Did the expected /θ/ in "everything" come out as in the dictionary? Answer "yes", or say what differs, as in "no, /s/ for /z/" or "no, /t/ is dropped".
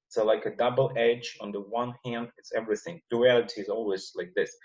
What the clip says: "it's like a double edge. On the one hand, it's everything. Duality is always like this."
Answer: yes